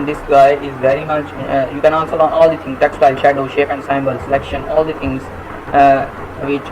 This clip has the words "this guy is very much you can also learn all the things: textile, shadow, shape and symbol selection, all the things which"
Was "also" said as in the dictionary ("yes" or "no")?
no